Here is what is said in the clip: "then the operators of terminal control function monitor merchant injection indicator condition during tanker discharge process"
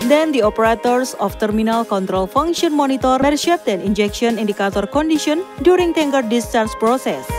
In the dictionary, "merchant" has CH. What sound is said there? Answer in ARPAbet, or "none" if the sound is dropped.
SH